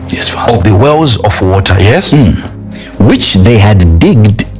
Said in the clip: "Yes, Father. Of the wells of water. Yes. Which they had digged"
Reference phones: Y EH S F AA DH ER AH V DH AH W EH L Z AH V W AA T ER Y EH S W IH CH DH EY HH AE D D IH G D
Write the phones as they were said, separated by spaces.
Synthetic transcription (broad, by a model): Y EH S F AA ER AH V DH AH W EH L Z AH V W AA T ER Y EH S W IH CH DH EY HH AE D D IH G D